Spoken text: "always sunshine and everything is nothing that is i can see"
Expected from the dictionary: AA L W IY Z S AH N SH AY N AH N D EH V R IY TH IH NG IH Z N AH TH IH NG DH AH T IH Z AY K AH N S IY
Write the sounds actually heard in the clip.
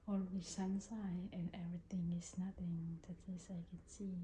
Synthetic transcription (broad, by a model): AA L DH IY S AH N S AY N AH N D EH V R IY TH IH NG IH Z N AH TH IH NG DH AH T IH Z AY K AH N S IY